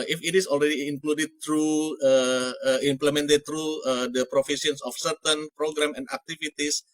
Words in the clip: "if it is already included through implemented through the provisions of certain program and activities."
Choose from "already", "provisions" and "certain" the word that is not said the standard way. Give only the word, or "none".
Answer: provisions